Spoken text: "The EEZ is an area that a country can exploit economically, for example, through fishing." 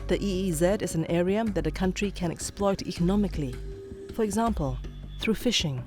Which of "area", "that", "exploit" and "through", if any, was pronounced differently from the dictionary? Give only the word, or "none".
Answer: none